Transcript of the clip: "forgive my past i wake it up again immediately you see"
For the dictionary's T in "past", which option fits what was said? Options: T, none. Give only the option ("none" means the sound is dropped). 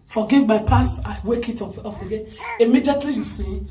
none